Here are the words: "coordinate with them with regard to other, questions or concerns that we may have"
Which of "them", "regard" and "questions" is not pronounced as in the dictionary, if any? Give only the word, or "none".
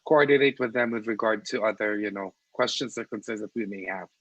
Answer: questions